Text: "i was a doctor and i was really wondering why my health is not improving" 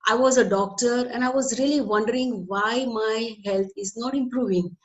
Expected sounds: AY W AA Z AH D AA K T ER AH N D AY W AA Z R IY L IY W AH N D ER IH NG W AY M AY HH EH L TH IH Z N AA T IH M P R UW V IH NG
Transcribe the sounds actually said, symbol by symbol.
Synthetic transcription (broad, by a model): AY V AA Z AH D AA K T ER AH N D AY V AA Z R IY L IY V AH N D ER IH NG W AY M AY HH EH L T IH Z N AA T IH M P R UW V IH NG